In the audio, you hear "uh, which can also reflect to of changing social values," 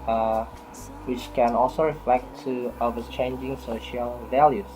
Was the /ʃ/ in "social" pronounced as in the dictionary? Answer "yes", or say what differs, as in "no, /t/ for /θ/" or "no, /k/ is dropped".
yes